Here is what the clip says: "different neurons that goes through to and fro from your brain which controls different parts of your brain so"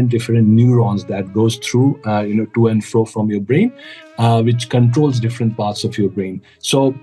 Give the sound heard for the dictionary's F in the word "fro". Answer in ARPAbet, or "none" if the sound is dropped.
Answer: F